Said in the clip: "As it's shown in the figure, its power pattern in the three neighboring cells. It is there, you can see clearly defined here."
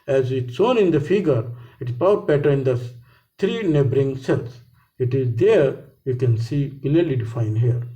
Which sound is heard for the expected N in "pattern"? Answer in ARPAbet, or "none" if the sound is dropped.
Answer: none